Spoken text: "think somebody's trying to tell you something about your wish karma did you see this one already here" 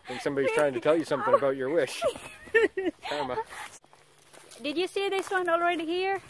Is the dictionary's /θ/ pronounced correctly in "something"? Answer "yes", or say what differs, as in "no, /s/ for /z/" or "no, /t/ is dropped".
yes